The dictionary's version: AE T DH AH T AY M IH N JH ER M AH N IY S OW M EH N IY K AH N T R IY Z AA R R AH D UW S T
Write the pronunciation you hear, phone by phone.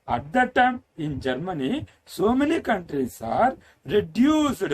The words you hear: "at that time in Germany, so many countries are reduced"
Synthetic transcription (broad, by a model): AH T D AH T AY M IH N JH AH M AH N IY S OW M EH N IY K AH N T R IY S AA R R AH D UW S